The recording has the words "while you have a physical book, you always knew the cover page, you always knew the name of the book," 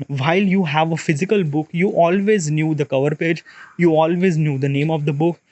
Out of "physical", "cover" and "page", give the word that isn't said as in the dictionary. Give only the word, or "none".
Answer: none